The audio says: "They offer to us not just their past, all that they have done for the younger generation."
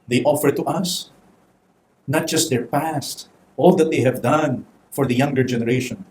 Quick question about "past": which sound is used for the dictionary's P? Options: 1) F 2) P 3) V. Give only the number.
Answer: 2